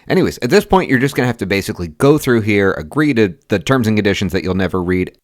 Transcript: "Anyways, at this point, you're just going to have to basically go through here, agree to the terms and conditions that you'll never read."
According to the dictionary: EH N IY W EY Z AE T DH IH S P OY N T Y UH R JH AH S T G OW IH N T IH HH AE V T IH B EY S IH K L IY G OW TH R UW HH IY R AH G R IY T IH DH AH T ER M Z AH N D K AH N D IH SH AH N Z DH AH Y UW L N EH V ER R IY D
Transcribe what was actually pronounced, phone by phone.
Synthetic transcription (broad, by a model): EH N IY W EY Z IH T DH IH S P OY N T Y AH R JH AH S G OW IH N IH HH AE F T IH B EY S IH K L IY G OW TH R UW HH IY R AH G R IY T IH DH AH T ER M Z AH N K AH N D IH SH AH N Z DH AH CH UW L N EH V ER R IY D